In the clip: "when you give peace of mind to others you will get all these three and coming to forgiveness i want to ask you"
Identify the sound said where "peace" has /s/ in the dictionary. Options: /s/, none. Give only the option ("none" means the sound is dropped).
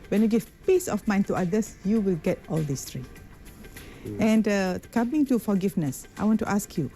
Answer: /s/